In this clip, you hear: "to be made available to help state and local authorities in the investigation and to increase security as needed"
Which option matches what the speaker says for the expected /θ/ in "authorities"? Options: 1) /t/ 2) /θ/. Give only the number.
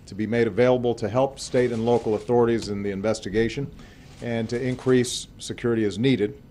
2